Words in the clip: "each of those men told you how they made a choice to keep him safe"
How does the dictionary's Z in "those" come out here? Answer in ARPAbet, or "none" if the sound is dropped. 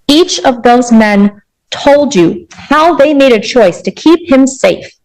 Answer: Z